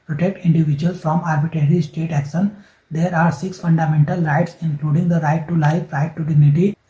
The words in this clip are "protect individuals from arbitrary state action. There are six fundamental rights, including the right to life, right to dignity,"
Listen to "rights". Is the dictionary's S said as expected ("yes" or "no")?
yes